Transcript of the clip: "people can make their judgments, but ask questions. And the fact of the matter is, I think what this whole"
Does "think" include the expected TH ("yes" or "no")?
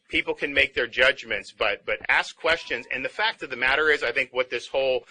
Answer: yes